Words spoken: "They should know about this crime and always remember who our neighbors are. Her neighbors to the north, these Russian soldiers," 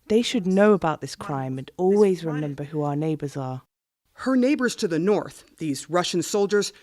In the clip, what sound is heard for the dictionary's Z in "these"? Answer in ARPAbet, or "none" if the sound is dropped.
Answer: Z